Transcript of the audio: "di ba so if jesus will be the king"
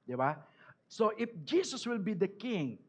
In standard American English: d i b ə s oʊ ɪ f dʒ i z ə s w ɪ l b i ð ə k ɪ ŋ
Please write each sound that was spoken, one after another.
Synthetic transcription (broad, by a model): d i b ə s oʊ ɪ f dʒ i s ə s w ɪ l b i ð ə k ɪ ŋ